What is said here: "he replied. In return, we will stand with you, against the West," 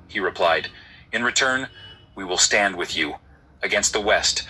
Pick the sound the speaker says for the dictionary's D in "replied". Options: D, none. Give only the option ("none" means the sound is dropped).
D